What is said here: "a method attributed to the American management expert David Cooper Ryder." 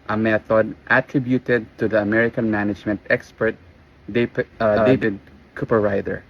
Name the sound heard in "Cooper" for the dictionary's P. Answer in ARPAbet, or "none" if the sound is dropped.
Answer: P